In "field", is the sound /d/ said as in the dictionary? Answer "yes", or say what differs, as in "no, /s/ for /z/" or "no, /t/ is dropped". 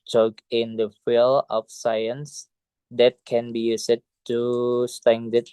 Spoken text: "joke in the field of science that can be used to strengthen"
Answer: no, /d/ is dropped